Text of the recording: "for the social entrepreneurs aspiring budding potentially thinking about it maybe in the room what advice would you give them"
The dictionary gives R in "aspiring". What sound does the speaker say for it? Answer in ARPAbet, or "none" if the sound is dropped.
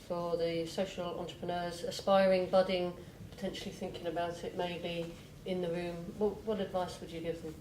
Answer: R